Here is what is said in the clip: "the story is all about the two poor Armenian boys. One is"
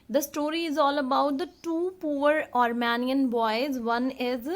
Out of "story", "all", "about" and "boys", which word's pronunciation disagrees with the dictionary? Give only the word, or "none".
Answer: none